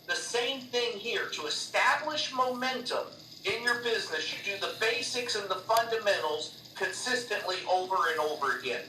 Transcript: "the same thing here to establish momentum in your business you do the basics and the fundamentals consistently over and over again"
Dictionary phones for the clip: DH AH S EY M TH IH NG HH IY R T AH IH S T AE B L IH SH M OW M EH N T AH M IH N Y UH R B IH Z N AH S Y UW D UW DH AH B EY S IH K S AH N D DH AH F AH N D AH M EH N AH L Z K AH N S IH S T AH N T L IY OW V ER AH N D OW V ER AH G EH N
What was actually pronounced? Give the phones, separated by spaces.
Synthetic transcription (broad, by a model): DH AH S EY M TH IH NG HH IY R T AH IH S T AE B L IH SH M OW M EH N T AH M IH N Y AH R B IH Z N AH S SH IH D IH DH AH B EY S IH K S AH N DH AH F AH N D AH M EH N L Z K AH N S IH S T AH N T L IY OW V ER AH N OW V ER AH G EH N